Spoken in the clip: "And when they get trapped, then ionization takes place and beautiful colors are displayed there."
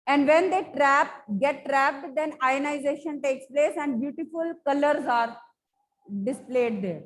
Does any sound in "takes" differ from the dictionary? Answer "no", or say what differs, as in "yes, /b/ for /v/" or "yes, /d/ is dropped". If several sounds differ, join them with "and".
no